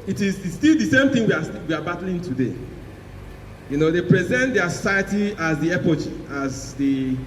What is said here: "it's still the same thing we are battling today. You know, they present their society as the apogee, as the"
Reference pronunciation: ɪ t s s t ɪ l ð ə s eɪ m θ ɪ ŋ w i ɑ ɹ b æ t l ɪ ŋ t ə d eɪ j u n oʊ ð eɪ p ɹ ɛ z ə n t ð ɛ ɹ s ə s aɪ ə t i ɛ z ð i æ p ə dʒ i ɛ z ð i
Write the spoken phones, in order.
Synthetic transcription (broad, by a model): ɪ t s s t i l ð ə s eɪ m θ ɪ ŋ w i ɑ w b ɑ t l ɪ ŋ t ə d eɪ j u n oʊ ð eɪ p ɹ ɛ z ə n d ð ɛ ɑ s ə s aɪ ə t i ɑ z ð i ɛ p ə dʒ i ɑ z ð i